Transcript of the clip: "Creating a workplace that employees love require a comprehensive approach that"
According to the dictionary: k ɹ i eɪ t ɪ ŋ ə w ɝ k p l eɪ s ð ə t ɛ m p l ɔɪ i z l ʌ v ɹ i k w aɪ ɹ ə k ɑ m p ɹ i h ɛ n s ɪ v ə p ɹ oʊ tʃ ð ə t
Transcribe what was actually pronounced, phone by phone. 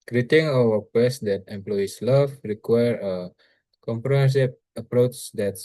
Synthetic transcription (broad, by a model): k ɹ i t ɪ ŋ ə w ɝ p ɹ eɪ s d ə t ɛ m p l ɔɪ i s l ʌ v ɹ i k w aɪ ɹ ə k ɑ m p ɹ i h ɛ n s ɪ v ə p ɹ oʊ tʃ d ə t